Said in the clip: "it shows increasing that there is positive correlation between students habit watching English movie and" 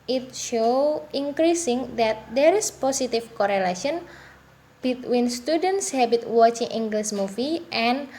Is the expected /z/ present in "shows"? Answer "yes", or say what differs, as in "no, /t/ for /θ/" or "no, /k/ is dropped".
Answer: no, /z/ is dropped